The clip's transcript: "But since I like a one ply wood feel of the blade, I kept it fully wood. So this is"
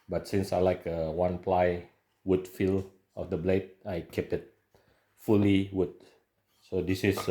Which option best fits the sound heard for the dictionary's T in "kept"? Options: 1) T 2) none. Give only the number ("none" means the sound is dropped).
2